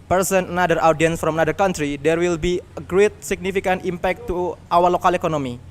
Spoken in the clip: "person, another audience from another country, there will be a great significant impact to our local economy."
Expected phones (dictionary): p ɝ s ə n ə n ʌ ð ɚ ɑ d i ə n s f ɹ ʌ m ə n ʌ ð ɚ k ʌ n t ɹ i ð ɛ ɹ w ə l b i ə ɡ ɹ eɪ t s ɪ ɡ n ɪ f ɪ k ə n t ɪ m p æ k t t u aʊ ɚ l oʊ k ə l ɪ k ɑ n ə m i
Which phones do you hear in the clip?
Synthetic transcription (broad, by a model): p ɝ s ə n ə n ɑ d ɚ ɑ d i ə n s f ɹ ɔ m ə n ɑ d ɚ k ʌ n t ɹ i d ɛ ɹ w ə l b i ə ɡ ɹ eɪ t s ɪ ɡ n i f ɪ k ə n t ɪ m p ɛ k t t u aʊ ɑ l oʊ k ə l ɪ k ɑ n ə m i